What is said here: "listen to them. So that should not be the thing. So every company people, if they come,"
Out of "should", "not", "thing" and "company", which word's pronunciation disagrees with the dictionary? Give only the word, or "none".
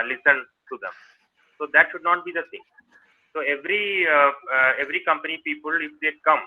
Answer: thing